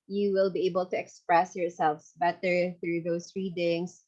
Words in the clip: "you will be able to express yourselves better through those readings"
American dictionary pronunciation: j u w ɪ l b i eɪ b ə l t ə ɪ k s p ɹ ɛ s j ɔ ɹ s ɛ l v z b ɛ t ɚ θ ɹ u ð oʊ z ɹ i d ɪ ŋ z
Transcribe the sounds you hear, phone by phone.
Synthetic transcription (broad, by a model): j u w ɪ l b i eɪ b ə l t ə ɪ k s p ɹ ɛ s j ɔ ɹ s ɛ l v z b ɛ t ɚ θ ɹ u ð oʊ s ɹ i d ɪ ŋ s